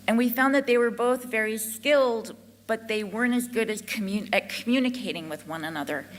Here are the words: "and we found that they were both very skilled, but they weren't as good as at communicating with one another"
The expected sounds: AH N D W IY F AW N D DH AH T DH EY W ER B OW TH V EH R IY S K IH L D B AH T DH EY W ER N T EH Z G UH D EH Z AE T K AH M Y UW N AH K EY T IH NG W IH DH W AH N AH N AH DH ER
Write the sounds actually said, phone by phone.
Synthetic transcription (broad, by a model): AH N W IY F AW N DH AH T DH EY W ER B OW TH V EH R IY S K IH L D B AH T DH EY W ER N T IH Z G UH D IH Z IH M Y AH M Y UW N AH K EY T IH NG W IH DH W AH N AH N AH DH ER